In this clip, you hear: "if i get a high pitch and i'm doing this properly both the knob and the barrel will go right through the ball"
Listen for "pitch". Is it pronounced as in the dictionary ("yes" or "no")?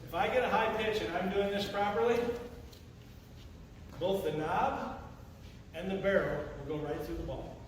yes